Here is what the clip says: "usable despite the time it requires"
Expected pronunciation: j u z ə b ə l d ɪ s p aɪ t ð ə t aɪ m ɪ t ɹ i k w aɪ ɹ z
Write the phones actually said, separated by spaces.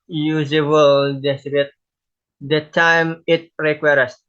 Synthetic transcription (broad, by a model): j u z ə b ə l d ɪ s b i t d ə t aɪ m ɪ t ɹ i k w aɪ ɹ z